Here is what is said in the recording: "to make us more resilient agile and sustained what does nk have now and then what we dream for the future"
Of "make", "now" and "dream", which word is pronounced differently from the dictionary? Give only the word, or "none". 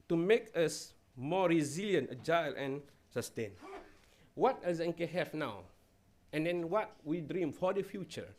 none